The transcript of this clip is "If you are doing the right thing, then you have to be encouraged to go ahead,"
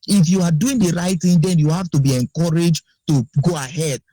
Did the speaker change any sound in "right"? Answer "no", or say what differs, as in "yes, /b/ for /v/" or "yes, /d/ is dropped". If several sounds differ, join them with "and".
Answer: no